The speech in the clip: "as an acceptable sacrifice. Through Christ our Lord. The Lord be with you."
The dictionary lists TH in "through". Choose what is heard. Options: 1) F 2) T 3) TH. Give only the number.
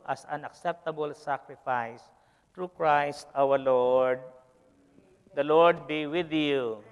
2